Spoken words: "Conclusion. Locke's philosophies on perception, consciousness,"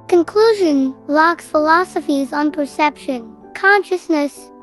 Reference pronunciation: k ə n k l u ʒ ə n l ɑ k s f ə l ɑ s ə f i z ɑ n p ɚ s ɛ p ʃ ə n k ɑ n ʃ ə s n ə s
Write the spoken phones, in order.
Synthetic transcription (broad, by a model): k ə n k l u ʒ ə n l ɑ k s f ə l ɑ s ə f i z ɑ n p ɚ s ɛ p ʃ ə n k ɑ n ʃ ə s n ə s